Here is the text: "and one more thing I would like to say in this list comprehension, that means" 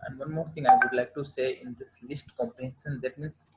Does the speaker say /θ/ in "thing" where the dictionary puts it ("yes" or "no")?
no